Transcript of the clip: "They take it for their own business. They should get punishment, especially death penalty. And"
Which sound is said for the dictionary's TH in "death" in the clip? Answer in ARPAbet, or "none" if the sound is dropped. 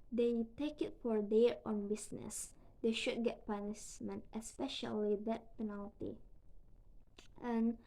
T